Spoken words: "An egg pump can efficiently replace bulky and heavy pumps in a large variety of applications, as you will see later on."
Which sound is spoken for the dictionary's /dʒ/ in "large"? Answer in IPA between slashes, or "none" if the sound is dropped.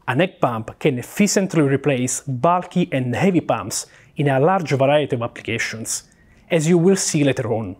/dʒ/